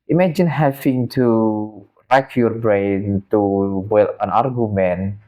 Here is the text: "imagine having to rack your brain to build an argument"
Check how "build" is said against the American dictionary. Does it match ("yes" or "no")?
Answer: no